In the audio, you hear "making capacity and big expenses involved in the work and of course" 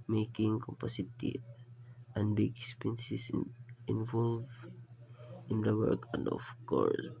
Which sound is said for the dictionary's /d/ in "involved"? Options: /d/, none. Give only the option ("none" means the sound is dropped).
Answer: none